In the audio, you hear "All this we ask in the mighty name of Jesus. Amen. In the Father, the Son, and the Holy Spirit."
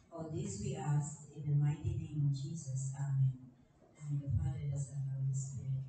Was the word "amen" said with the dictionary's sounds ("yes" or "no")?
yes